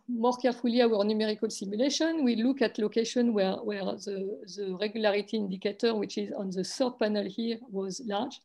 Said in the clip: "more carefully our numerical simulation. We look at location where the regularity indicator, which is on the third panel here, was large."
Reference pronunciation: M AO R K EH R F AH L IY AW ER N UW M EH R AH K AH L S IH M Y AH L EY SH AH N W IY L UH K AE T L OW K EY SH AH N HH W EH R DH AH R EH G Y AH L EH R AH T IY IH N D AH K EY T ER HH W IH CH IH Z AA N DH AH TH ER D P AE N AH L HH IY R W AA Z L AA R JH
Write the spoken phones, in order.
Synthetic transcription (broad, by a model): M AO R K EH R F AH L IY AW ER N UW M EH R AH K AH L S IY M Y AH L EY SH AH N W IY L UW K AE T L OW K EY SH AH N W W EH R DH AH R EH G Y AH L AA R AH T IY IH N D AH K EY T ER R W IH CH IH Z AA N DH AH S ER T P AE N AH L HH IY R W AA Z L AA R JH